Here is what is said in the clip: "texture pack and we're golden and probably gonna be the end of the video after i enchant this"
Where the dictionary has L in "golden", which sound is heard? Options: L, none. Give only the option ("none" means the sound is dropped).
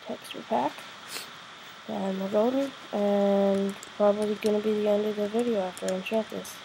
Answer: none